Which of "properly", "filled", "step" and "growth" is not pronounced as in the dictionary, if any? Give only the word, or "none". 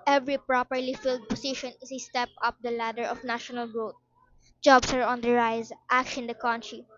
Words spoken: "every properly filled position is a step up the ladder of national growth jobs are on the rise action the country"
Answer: growth